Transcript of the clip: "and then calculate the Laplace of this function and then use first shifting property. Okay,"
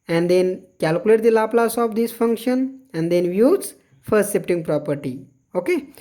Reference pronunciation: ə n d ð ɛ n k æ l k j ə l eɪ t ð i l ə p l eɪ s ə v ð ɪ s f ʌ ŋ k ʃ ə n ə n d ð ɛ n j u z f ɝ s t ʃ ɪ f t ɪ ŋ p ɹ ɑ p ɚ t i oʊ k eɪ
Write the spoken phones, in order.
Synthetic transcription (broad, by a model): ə n d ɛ n k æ l k j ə l eɪ t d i l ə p l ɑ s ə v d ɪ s f ʌ ŋ k ʃ ə n ə n d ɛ n j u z f ɝ s t s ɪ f t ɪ ŋ p ɹ ɑ p ɚ t i oʊ k eɪ